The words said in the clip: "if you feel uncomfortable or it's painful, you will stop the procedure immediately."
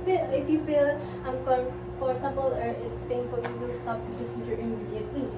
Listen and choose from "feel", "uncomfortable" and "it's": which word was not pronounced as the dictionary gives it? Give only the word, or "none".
uncomfortable